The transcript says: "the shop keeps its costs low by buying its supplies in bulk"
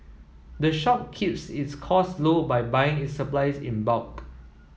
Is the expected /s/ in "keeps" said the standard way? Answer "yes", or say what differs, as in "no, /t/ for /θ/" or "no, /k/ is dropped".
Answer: yes